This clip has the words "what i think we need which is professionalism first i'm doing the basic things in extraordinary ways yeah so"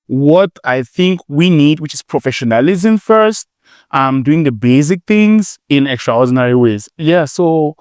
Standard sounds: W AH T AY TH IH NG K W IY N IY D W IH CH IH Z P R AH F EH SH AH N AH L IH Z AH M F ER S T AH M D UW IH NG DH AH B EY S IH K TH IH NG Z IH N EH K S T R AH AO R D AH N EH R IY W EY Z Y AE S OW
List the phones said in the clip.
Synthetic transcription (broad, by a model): W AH T AY TH IH NG K W IY N IY D W IH CH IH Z P R AH F EH SH AH N AH L IH Z AH M F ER S T AH M D UW IH NG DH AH B EY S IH K TH IH NG Z IH N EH K S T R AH AO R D N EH R IY W EY Z Y AE S OW